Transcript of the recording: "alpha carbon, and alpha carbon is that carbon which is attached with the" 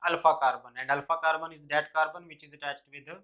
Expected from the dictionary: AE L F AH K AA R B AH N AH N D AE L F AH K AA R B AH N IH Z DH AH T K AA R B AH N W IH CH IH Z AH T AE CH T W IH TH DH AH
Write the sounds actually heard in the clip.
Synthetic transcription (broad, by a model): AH L F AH K AA R B AH N AH N D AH L F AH K AA R B AH N IH Z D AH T K AA R B AH N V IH CH IH Z AH T AE CH T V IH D